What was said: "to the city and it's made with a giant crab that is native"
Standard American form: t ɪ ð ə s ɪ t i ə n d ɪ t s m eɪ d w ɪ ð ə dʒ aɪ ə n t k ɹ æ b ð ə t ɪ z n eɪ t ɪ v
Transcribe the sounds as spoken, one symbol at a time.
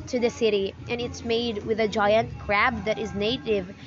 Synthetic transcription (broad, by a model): t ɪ ð ə s ɪ t i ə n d ɪ t s m eɪ d w ɪ ð ə dʒ aɪ ə n t k ɹ æ b ð ə t ɪ z n eɪ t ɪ v